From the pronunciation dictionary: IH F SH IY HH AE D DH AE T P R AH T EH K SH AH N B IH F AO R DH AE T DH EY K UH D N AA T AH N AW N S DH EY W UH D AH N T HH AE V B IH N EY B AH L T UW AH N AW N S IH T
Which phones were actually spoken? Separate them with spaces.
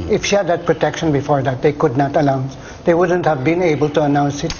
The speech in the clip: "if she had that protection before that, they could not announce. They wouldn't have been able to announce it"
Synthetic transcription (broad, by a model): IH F SH IY HH AE D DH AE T P R AH T EH K SH AH N B IH F AO R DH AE T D EY K UH D N AA T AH L AW N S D EY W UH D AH N T HH AE V B IH N EY B AH L T UW AH N AW N S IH T